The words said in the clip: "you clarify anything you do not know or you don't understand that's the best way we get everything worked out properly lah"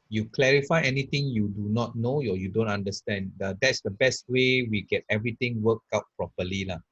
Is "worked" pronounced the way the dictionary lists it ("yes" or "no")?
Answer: no